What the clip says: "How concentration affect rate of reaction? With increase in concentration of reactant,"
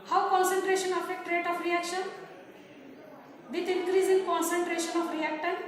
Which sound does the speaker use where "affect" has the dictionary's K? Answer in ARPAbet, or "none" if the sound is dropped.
none